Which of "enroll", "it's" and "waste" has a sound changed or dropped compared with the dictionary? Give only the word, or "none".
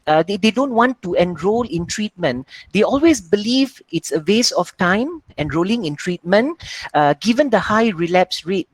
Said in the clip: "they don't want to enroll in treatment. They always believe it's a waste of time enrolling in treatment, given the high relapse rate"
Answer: waste